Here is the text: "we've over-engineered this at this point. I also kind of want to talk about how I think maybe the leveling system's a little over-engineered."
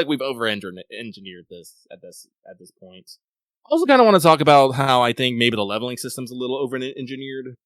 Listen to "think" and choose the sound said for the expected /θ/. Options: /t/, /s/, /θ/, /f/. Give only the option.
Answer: /θ/